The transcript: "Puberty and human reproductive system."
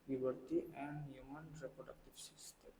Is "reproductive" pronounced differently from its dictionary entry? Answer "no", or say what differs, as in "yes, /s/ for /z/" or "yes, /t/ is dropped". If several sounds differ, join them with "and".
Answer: yes, /f/ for /v/